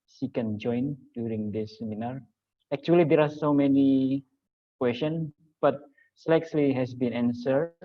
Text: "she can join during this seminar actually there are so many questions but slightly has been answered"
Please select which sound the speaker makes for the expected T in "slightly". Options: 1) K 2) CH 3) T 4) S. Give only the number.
4